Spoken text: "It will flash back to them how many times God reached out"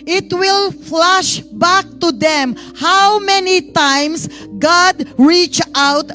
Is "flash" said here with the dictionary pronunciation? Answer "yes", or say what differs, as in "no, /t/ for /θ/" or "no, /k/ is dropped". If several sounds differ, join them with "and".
yes